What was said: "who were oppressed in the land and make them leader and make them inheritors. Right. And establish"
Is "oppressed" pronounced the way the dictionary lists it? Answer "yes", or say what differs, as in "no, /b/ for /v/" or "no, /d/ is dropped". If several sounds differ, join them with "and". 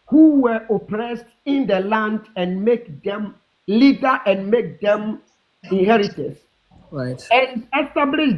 yes